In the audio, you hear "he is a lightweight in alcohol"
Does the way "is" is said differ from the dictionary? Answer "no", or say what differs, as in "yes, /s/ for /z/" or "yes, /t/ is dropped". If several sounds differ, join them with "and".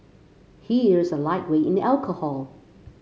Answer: no